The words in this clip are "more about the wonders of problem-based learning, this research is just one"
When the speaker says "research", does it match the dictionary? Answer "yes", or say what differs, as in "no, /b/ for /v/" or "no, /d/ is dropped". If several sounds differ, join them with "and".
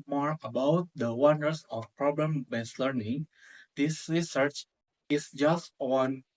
yes